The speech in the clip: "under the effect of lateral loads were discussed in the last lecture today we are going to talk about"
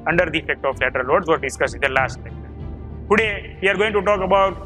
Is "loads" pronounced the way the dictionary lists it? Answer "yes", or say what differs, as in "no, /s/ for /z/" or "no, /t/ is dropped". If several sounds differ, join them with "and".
no, /w/ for /l/